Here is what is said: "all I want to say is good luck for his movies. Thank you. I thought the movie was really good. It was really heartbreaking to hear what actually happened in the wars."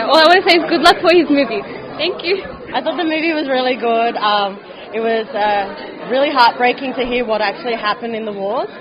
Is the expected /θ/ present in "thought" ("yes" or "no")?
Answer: yes